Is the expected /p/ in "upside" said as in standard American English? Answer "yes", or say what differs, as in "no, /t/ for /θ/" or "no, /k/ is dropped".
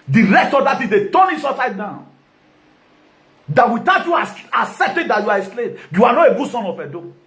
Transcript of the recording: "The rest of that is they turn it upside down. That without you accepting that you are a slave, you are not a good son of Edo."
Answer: no, /p/ is dropped